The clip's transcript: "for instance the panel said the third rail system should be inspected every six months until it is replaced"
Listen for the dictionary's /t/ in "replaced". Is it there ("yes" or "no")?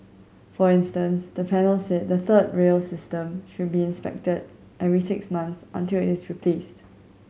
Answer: yes